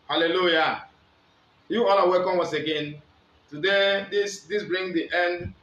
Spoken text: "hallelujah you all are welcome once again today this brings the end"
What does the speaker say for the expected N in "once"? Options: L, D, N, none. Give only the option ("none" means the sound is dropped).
none